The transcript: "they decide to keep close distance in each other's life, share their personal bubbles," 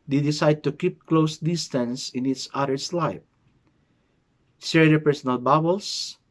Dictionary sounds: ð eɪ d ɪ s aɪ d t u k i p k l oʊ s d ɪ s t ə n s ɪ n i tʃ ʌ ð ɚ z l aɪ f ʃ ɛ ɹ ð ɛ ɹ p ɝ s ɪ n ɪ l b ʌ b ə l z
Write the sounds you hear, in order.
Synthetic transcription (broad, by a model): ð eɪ d ɪ s aɪ d t u k i p k l oʊ s d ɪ s t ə n s ɪ n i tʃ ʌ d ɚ s l aɪ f s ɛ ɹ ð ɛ p ɝ s ɪ n ɪ l b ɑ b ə l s